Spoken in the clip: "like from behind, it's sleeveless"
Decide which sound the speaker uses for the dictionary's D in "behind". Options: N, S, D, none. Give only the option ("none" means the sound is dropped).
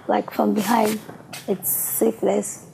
D